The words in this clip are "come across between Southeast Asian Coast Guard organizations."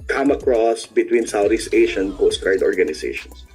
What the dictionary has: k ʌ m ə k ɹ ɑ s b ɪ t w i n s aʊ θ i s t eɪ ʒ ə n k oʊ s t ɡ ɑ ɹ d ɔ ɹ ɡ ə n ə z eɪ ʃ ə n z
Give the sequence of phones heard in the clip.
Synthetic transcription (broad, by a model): k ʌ m ə k ɹ ɑ s b ɪ t w i n s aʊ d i s eɪ ʃ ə n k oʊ s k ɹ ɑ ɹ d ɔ ɹ ɡ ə n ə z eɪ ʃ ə n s